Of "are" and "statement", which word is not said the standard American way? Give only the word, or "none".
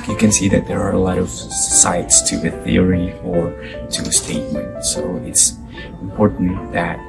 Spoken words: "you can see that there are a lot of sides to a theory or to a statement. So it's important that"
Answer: none